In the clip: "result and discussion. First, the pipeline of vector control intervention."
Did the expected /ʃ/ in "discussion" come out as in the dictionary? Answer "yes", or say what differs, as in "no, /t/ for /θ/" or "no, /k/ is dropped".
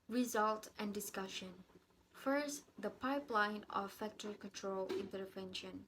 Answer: yes